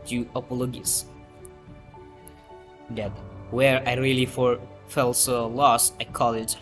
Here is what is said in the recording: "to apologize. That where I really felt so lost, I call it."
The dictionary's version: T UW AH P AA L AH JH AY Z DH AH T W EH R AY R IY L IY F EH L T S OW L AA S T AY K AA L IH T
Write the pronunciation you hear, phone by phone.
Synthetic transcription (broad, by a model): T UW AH P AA L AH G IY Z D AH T W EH R AY R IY L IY F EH L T S OW L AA S AY K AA L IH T